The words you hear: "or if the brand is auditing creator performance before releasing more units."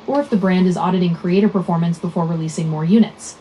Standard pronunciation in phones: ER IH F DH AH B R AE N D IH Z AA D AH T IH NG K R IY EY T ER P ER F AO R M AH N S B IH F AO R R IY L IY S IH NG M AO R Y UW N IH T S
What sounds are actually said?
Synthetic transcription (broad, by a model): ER IH F DH AH B R AE N D IH Z AA D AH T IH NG K R IY EY T ER P ER F AO R M AH N S B IH F AO R R IY L IY S IH NG M AO R Y UW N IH T S